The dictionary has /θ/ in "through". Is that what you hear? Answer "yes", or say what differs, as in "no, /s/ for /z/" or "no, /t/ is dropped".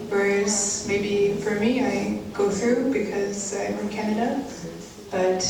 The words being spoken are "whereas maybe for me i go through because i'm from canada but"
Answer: yes